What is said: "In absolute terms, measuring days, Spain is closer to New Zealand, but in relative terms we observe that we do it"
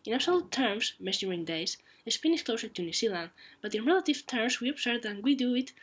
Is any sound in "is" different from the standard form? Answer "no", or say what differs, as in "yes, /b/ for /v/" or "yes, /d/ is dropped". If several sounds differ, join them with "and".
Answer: yes, /s/ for /z/